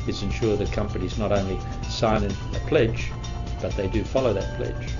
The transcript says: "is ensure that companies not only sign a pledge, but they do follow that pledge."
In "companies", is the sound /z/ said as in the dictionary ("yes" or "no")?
yes